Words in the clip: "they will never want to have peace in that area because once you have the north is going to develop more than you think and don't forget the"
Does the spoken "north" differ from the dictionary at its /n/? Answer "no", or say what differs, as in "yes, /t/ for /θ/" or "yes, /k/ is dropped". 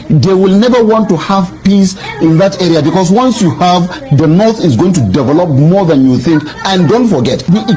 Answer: no